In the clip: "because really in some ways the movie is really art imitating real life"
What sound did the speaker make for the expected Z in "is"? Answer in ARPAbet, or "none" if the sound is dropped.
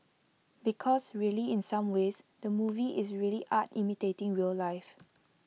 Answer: S